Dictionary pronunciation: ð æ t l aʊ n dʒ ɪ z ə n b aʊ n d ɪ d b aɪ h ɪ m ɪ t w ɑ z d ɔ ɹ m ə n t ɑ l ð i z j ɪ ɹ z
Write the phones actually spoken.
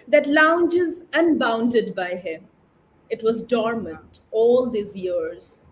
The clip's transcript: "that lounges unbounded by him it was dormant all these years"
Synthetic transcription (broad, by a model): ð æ t l aʊ n dʒ ɪ z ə n b aʊ n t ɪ d b aɪ h ɪ m ɪ t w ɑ z d ɔ ɹ m ə n t ɑ l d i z j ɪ ɹ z